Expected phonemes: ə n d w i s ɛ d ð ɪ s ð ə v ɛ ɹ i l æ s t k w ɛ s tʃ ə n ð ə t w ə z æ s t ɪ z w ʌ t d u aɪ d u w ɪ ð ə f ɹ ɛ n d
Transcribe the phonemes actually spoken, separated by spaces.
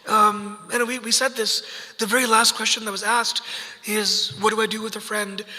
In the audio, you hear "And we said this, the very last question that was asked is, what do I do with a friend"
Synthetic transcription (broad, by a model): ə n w w i s ɛ d ð ɪ s ð ə v ɛ ɹ i l æ s t k w ɛ s tʃ ə n ð ə t w ə z æ s t ɪ z w ʌ t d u aɪ d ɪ w ɪ ð ə f ɹ ɛ n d